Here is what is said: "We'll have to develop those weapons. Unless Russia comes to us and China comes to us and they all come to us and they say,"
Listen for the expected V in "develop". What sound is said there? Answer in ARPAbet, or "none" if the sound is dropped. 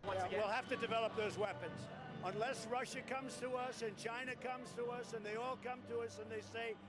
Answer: V